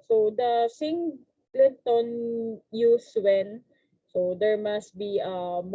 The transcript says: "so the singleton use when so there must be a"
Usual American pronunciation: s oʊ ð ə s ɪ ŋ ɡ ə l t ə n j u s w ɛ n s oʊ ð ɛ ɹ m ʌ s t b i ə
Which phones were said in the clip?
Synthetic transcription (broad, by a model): s oʊ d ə s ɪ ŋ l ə n t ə n j u s w ɛ n s oʊ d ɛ ɹ m ʌ s t b i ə